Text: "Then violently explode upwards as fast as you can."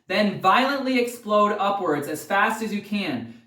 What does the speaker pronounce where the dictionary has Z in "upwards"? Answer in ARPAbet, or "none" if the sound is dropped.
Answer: Z